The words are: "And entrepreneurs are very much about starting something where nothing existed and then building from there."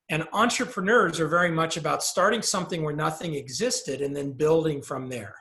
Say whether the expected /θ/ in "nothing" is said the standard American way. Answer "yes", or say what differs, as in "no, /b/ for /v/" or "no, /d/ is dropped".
yes